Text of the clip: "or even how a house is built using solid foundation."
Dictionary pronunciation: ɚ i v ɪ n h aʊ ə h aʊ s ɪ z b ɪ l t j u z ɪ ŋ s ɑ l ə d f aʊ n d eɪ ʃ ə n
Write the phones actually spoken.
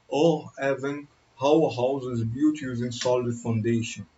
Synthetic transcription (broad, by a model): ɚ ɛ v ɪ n h aʊ ə h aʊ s ɪ z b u t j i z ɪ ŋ s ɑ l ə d f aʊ n d eɪ ʃ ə n